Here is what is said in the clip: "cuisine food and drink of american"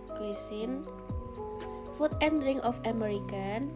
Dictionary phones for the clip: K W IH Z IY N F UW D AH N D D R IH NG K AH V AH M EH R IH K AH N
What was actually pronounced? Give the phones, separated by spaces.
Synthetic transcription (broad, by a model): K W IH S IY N F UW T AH N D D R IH NG AH F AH M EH R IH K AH N